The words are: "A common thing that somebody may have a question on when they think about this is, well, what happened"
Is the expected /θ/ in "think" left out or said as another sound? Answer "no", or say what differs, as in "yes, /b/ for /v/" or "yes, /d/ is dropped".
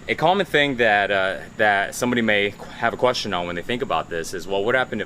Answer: no